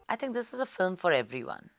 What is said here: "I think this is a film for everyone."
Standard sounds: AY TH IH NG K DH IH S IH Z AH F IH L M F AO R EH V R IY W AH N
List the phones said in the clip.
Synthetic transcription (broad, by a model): AY T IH NG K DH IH S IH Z AH F IH L M F AO R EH V R IY W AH N